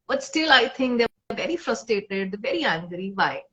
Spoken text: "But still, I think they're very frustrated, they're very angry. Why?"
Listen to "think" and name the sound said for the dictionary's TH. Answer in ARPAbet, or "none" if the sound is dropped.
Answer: T